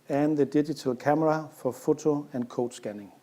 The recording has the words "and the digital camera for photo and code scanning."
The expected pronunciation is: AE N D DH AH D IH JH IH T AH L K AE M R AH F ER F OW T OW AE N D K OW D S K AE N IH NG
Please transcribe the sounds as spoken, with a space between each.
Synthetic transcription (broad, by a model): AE N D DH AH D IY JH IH S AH L K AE M R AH F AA F OW S OW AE N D K OW D S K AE N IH NG